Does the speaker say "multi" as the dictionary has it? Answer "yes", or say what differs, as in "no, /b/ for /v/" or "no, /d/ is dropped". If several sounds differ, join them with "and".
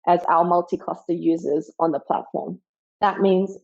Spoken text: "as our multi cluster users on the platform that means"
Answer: yes